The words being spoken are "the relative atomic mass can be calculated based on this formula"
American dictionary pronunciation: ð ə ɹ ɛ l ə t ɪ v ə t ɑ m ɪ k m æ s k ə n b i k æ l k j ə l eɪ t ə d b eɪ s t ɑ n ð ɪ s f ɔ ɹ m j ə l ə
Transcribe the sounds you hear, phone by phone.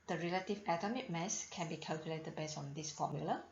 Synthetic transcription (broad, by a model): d ə ɹ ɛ l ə t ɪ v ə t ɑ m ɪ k m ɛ s k ə n b i k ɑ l k j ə l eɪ t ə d b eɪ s ɑ n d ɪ s f ɔ m j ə l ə